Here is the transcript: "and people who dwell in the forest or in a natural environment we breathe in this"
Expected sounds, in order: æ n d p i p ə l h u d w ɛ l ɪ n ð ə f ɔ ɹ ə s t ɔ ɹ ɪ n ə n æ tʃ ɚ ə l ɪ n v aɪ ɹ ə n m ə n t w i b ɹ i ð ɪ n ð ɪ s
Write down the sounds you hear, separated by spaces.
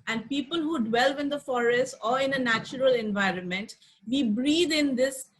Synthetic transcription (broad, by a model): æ n d p i p ə l h u d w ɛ l ɪ n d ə f ɔ ɹ ə s t ɔ ɹ ɪ n ə n æ tʃ ɚ ə l ɪ n v aɪ ɹ ə n m ə n t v i b ɹ i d ɪ n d ɪ s